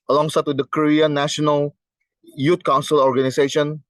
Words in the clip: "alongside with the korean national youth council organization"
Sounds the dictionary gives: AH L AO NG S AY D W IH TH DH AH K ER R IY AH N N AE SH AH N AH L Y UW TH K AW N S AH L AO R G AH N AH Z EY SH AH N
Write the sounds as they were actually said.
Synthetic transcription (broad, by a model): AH L AO NG S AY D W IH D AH K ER R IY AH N N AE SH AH N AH L Y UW T K AW N S AH L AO R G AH N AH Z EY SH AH N